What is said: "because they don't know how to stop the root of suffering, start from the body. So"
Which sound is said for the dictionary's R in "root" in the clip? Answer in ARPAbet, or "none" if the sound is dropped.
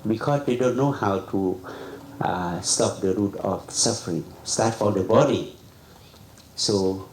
R